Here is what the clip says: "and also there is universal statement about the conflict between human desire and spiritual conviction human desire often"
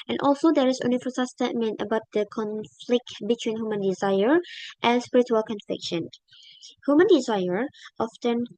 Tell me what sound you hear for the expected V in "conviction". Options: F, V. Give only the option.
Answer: F